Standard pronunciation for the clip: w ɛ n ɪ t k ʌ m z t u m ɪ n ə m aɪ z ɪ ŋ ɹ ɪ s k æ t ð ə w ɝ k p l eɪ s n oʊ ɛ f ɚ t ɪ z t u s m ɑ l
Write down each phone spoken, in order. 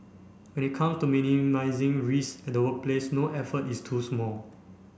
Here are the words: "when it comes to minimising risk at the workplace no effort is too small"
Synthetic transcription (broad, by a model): w ɛ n ɪ t k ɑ m s t u m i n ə m aɪ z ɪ ŋ ɹ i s ɛ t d ə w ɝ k p l eɪ s n oʊ ɛ f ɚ t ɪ s t u s m ɑ l